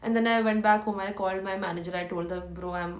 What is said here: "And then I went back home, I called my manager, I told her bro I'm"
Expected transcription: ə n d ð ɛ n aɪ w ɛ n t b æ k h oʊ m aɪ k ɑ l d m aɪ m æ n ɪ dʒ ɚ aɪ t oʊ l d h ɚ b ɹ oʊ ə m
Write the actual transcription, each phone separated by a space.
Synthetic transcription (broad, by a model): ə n d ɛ n aɪ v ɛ n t b æ k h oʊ m aɪ k ɑ l d m aɪ m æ n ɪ dʒ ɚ aɪ t oʊ l d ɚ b ɹ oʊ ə m